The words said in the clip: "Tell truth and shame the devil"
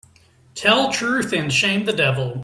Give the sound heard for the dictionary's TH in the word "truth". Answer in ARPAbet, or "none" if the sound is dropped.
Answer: TH